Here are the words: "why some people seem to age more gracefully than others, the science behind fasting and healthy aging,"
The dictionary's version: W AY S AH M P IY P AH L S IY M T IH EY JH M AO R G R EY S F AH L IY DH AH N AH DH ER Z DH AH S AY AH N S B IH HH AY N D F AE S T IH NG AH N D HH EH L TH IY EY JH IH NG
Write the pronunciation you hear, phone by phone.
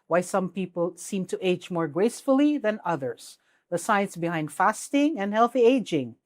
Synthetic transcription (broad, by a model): W AY S AH M P IY P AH L S IY M T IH EY JH M AO R G R EY S F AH L IY DH AH N AH DH ER Z DH AH S AY AH N S B IH HH AY N D F AE S T IH NG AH N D HH EH L TH IY EY JH IH NG